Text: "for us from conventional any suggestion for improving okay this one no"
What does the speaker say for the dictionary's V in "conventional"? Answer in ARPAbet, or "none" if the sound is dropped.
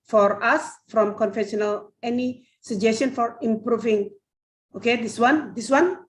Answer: F